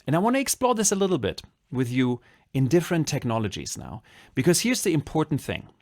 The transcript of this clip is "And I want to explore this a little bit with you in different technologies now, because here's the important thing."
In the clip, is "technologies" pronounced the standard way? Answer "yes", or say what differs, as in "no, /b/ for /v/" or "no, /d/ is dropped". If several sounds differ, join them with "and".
yes